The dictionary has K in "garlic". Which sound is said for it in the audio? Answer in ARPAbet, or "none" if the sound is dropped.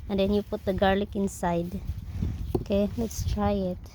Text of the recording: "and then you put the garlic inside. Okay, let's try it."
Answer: K